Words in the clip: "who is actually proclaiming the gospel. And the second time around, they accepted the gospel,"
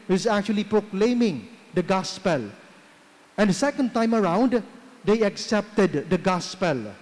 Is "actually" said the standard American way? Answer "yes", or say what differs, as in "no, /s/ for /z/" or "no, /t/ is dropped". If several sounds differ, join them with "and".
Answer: yes